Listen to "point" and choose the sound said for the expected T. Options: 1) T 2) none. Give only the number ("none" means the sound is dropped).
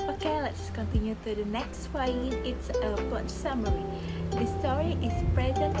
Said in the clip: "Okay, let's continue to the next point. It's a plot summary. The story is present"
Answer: 2